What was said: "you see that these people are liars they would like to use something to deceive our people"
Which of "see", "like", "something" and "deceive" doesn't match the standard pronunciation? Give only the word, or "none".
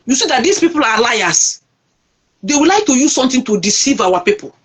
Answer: something